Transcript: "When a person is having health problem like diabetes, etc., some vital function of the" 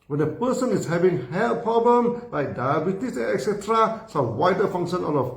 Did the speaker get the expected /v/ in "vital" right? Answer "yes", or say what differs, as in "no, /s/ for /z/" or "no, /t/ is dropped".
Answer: no, /w/ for /v/